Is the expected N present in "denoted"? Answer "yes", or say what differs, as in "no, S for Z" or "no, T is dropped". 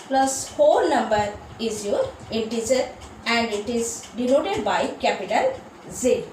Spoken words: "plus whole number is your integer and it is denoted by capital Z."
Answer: no, L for N